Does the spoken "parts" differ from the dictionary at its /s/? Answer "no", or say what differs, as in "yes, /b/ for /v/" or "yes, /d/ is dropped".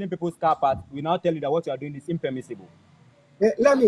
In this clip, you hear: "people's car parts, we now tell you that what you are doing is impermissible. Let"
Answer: yes, /s/ is dropped